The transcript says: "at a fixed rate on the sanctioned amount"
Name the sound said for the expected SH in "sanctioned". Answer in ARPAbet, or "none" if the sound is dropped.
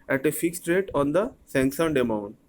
S